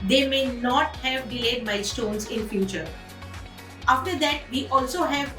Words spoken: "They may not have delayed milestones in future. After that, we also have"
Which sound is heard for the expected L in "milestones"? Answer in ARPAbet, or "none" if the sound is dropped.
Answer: none